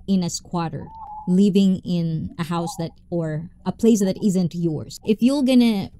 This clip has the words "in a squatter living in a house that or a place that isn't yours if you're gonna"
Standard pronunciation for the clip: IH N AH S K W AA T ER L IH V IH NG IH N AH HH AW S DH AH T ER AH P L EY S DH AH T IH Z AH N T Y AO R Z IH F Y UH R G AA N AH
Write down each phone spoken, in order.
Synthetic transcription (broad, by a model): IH N AH S K W AA T ER L IH V IH NG IH N AH HH AW S DH AH T ER AH P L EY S DH AH T IH Z AH N T Y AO R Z IH F Y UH L G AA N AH